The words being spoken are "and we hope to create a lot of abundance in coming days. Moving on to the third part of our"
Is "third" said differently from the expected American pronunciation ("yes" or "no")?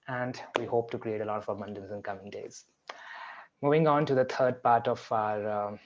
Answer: yes